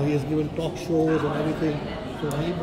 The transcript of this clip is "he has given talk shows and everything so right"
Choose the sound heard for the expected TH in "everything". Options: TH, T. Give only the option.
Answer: T